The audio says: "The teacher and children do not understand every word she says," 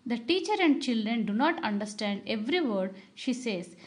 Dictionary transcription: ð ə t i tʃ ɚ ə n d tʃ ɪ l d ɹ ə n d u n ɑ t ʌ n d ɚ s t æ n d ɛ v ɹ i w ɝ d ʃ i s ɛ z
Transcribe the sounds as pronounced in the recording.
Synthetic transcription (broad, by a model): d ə t i tʃ ɚ ə n d tʃ ɪ l d ɹ ə n d u n ɑ t ʌ n d ɚ s t æ n d ɛ v ɹ i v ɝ d ʃ i s ɛ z